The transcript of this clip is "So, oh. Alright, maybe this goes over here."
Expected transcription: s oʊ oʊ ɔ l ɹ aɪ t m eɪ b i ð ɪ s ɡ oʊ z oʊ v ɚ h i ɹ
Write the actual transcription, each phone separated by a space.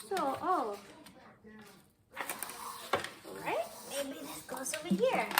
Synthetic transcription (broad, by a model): s oʊ oʊ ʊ ɹ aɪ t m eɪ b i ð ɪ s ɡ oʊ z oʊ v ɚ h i ɹ